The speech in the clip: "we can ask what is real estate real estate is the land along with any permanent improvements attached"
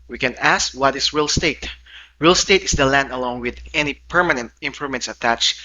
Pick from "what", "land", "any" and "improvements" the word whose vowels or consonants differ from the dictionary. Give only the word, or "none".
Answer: improvements